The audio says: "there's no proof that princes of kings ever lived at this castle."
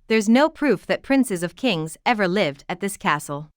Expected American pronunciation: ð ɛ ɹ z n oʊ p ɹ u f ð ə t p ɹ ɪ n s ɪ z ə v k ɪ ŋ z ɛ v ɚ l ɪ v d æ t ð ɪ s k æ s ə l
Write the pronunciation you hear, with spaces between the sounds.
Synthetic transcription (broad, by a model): ð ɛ ɹ z n oʊ p ɹ u f ð ə t p ɹ ɪ n s ɪ z ə v k ɪ ŋ z ɛ v ɚ l ɪ v d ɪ t ð ɪ s k æ s l